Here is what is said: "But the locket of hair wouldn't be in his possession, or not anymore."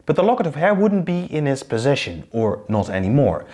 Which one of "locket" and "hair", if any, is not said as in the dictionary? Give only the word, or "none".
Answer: none